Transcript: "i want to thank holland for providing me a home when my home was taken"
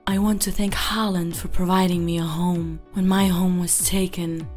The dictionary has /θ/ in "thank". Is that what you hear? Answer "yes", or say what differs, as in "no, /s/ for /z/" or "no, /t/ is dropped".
yes